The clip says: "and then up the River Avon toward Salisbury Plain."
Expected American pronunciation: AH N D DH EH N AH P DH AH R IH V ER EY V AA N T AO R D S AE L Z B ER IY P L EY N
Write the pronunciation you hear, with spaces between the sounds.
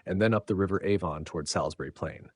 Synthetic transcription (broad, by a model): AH N DH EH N AH P DH AH R IH V ER EY V AA N T AO R D S AE L Z B ER IY P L EY N